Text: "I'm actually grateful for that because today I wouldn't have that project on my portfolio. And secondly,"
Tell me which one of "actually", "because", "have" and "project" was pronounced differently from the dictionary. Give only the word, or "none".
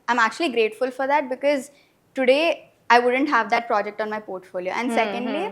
none